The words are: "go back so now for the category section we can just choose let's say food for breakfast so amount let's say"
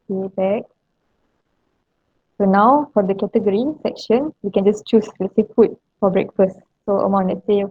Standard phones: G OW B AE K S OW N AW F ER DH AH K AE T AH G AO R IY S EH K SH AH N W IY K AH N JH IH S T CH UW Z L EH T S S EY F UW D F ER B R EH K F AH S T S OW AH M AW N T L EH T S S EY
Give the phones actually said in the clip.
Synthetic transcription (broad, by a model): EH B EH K S OW N AW F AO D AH K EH T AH G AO R IY S EH K SH AH N W IY K AH N JH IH S CH UW S L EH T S S EY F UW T F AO B R EH K F AH S T S OW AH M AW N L EH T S S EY